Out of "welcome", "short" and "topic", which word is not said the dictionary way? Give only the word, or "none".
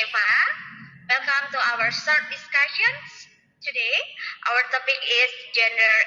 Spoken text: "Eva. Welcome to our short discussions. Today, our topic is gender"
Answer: short